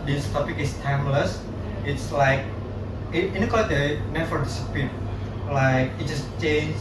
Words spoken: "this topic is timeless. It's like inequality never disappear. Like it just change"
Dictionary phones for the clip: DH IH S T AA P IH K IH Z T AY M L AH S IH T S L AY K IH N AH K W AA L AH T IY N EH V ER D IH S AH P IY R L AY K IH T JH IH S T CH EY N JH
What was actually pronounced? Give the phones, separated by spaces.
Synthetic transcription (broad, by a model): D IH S T AA P IH K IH S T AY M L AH S IH T S L AY K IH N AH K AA AH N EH F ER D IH S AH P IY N L AY K IH T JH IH S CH EY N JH